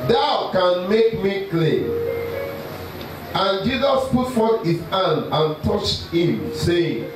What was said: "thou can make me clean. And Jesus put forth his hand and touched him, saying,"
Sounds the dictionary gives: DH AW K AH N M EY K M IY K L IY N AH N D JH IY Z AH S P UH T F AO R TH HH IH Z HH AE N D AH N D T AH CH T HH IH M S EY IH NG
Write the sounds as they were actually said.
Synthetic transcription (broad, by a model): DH AW K AH N M EY K M IY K L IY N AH N JH IY Z AH S P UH T F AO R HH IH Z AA N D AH N T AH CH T HH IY M S EY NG